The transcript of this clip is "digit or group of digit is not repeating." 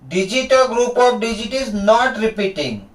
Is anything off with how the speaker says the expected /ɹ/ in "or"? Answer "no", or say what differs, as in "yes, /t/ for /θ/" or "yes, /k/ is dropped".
yes, /l/ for /ɹ/